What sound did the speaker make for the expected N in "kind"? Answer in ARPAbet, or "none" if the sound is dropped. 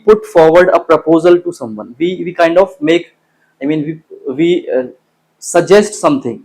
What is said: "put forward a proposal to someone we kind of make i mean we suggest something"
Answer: N